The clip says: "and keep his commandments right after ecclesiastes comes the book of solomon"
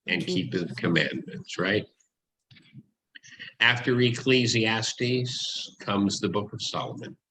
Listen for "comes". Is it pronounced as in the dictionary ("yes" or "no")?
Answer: yes